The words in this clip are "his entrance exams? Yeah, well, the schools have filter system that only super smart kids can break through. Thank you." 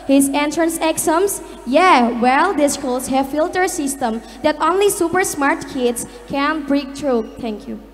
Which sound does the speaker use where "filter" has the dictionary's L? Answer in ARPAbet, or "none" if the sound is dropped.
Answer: L